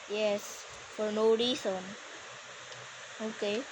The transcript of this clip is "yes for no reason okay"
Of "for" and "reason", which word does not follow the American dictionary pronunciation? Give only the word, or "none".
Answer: reason